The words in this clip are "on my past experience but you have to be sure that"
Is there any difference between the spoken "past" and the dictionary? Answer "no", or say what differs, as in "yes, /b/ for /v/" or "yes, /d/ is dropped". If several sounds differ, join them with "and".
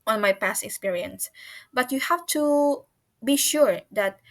no